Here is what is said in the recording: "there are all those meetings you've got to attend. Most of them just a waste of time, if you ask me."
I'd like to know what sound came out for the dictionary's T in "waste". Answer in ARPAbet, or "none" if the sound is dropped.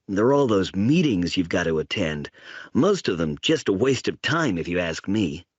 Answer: T